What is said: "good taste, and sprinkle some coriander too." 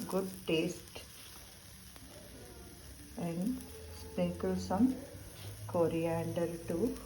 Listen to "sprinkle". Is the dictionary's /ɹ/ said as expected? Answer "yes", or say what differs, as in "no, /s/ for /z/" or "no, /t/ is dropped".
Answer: no, /ɹ/ is dropped